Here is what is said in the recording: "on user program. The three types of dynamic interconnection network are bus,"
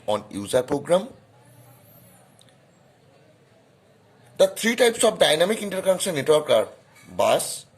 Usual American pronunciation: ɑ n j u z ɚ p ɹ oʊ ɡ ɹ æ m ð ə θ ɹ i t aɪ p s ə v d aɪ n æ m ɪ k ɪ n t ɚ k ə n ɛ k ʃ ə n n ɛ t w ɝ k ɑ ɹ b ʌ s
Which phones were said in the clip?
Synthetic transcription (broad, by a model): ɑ n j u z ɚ p ɹ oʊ ɡ ɹ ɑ m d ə t ɹ i t aɪ p s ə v d aɪ n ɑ m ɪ k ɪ n t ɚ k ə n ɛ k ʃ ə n n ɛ t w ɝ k ɑ ɹ b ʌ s